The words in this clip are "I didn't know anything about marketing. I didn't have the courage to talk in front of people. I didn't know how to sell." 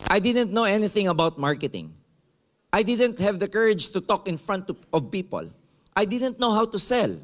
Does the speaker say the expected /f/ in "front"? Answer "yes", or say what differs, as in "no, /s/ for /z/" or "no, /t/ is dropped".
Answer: yes